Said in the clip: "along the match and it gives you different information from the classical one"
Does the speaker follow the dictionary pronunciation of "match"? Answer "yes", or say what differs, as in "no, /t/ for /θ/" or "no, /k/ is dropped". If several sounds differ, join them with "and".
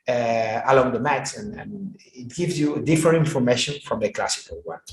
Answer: no, /s/ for /tʃ/